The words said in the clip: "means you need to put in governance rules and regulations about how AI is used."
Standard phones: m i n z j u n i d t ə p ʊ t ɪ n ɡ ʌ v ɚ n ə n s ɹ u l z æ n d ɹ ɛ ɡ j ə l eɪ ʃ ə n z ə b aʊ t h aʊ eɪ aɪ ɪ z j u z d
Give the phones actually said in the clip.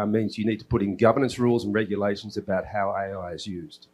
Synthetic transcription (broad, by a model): m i n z j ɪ n i d t ə p ʊ t ɪ n ɡ ʌ v ɚ n ə n s ɹ u l z n ɹ ɛ ɡ j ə l eɪ ʃ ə n z ə b aʊ t h aʊ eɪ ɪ ɪ z j u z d